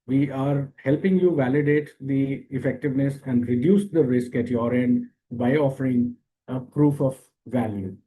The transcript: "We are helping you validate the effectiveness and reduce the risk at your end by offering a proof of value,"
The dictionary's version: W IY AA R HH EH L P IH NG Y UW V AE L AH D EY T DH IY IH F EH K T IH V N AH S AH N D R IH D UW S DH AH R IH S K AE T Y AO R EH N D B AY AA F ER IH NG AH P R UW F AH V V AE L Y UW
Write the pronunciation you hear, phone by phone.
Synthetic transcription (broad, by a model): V IY AA R HH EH L P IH NG Y UW V AE L AH D EY T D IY IH F EH K T IH V N AH S AH N D R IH D UW S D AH R IH S K AE T Y AO R EH N D B AY AA F ER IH NG AH P R UW F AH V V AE L Y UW